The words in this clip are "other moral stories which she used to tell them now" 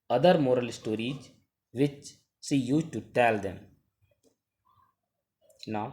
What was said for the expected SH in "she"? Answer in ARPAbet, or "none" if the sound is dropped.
S